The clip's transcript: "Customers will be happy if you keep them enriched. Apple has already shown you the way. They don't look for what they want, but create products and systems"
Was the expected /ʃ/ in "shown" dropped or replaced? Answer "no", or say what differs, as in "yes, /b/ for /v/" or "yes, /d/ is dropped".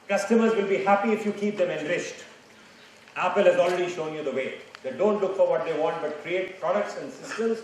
no